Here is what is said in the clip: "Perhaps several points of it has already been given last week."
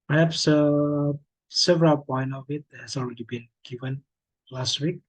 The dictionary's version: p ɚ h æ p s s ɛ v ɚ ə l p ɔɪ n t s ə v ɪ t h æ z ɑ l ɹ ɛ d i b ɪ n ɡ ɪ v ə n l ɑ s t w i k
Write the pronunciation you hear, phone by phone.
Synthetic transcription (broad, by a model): p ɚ h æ p s s ɛ v ɚ ə l p ɔɪ n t ə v ɪ t h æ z ɑ l ɹ ɛ d i b ɪ n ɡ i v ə n l ɑ s t w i k